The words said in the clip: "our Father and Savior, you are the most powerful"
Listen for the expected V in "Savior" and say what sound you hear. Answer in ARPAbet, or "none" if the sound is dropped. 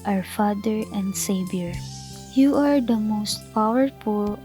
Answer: B